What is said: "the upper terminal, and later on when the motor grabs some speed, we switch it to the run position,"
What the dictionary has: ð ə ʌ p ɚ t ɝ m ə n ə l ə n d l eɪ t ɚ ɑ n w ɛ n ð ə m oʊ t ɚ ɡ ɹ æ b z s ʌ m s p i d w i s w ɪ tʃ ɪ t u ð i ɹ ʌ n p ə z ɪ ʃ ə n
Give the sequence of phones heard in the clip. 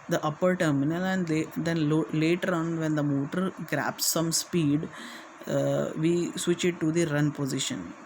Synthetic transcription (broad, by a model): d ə ʌ p ɚ t ɝ m ə n ə l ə n d l eɪ t ɚ ɑ n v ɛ n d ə m oʊ t ɚ ɡ ɹ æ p s ʌ m s p i d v i s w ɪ tʃ ɪ t u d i ɹ ʌ n p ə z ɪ ʃ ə n